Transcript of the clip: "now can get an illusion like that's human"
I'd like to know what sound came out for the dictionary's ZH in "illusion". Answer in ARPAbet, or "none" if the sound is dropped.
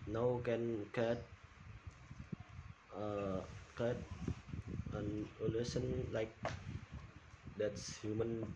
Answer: S